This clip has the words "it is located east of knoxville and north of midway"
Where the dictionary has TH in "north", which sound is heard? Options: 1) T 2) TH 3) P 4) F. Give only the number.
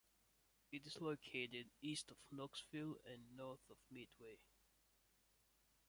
2